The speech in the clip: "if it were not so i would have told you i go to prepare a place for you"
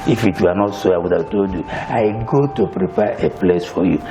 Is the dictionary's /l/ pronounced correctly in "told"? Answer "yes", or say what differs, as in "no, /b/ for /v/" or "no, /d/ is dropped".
no, /l/ is dropped